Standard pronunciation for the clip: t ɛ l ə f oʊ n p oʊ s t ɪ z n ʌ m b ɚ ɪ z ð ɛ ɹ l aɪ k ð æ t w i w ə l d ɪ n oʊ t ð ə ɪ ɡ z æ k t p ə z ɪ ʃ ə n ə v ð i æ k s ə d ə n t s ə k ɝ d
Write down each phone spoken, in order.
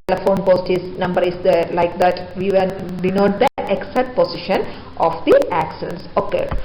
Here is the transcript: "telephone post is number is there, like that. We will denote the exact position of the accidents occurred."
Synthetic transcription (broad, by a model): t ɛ l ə f oʊ n p oʊ s t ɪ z n ʌ m b ɚ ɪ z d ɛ l aɪ k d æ t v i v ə n d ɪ n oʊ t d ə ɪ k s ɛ t p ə s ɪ ʃ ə n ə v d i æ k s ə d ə n s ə k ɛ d